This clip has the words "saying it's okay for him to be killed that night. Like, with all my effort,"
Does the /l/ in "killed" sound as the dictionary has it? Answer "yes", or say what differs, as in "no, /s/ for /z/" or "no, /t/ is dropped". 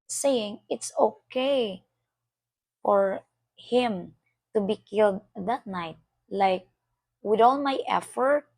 yes